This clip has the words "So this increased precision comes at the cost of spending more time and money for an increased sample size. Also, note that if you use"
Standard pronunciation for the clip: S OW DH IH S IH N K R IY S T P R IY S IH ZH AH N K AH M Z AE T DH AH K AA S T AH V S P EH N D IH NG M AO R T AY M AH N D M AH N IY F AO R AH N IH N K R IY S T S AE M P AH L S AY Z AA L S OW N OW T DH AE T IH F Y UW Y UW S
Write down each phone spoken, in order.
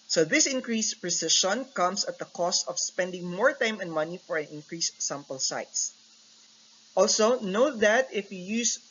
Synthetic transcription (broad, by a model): S OW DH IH S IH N K R IY S P R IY S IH SH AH N K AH M S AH T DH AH K AA S T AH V S P EH N D IH NG M AO R T AY M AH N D M AH N IY F AO R AH N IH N K R IY S S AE M P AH L S AY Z AA L S OW N OW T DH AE T IH F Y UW Y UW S